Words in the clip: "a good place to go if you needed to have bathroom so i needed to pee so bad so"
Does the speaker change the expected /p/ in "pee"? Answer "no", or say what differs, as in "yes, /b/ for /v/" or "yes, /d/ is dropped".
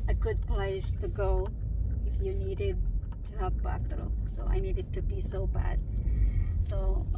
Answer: yes, /b/ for /p/